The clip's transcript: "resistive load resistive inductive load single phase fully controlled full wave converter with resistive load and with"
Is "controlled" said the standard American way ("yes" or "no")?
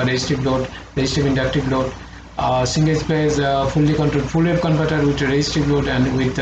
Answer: no